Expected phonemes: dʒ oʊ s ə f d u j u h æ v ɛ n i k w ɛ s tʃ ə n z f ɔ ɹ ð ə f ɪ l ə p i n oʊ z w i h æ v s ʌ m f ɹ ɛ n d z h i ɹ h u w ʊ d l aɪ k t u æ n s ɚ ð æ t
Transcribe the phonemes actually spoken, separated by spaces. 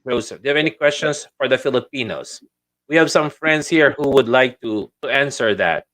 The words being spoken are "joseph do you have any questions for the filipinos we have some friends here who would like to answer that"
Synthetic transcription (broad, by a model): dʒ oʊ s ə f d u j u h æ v ɛ n i k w ɛ s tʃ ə n s f ɔ ɹ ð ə f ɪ l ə p i n oʊ s w i h æ v s ʌ m f ɹ ɛ n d s h i ɹ h u w ʊ d l aɪ k t u æ n s ɚ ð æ t